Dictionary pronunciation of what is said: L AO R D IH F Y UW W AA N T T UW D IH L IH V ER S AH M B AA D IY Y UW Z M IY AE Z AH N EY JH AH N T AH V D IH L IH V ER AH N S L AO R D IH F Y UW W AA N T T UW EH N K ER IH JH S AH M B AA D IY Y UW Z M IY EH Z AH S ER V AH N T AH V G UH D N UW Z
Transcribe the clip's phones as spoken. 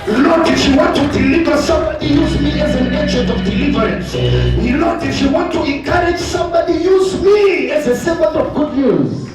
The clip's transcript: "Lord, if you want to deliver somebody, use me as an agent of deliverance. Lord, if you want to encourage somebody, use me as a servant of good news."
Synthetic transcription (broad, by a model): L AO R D IH F Y UW W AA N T T UW D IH L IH V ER S AH M B AA D IY Y UW Z M IY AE Z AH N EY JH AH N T AH V D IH L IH V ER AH N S L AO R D IH F Y UW W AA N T T UW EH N K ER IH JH S AH M B AA D IY Y UW Z M IY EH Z AH S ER B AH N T AH V G UH D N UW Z